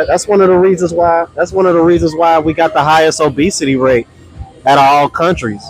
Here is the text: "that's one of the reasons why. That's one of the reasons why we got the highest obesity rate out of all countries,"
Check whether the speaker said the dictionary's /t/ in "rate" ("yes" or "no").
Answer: no